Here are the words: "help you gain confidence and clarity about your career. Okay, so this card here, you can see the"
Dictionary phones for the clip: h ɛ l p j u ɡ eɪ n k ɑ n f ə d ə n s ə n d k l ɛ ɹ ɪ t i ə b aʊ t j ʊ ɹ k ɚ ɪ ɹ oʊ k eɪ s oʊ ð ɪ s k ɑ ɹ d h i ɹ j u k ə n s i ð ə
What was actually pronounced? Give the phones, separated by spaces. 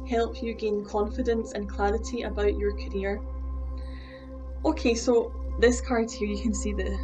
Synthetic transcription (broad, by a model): h ɛ l p j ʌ ɡ eɪ n k ɑ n f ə d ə n s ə n k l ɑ ɹ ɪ t i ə b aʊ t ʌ ɹ k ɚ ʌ ɹ oʊ k eɪ s oʊ ð ɪ s k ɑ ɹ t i ɹ j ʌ k ə n s i ð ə